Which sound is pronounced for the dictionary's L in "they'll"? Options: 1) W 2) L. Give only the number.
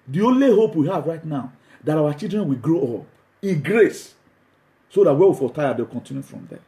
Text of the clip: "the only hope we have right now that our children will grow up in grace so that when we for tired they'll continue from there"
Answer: 1